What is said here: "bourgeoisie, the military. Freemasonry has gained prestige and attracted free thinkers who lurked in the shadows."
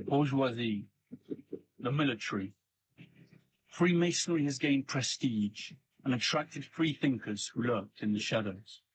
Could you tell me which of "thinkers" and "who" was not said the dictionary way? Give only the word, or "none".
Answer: none